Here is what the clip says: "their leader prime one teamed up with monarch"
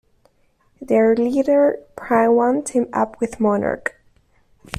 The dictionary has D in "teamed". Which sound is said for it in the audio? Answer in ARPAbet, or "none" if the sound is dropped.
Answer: none